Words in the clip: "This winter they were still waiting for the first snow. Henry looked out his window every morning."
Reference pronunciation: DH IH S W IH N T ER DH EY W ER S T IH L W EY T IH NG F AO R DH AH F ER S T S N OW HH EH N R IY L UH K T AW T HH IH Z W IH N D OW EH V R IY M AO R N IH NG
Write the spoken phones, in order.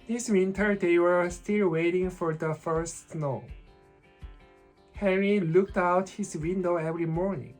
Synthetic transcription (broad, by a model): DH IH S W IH N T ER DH EY W ER S T IH L W EY T IH NG F AO R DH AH F ER S T S N OW HH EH R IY L UH K T AW T HH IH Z W IH N D OW EH V R IY M AO R N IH NG